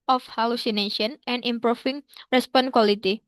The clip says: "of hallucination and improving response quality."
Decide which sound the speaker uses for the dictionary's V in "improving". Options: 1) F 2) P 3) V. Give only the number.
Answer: 1